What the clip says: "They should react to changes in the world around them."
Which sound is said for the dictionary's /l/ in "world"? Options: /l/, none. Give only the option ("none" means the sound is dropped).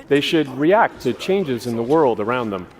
/l/